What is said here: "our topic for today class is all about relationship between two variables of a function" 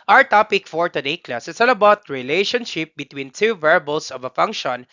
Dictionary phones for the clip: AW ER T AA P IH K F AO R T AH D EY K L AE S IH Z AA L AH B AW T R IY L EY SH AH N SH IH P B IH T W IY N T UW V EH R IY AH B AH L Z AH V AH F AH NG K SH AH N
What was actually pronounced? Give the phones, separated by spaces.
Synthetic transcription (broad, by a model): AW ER T AA P IH K F AO R T AH D EY K L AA S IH S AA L AH B AW T R IY L EY SH AH N SH IH P B IH T W IY N T UW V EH R B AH L S AH V AH F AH NG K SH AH N